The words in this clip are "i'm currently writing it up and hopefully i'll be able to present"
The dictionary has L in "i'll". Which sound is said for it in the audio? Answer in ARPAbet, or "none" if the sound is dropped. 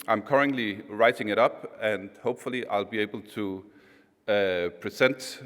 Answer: L